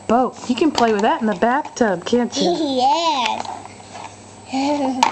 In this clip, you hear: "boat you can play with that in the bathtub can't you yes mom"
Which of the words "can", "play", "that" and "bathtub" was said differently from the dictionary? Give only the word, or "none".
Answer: none